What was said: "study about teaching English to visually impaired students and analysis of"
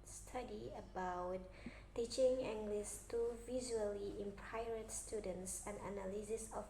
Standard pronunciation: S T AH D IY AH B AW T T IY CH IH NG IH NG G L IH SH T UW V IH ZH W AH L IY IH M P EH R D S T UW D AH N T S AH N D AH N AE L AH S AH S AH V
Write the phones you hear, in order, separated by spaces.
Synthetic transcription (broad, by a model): S T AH D IY AH B AW T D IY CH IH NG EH NG G L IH S T UW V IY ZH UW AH L IY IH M P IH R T S T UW D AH N T S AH N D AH N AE L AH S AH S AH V